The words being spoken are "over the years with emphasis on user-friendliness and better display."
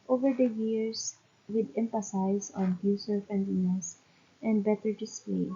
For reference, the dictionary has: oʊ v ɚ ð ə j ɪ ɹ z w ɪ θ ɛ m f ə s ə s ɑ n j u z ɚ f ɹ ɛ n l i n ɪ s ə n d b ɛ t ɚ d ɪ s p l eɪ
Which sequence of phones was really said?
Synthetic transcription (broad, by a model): oʊ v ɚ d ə j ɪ ɹ s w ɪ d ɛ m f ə s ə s ɑ n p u s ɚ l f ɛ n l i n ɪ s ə n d b ɛ t ɚ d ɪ s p l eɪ